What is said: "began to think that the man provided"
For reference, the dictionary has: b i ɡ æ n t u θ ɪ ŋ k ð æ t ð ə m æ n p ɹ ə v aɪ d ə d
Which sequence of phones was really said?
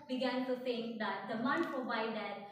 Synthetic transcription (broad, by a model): b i ɡ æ n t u s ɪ ŋ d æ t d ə m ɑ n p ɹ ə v aɪ d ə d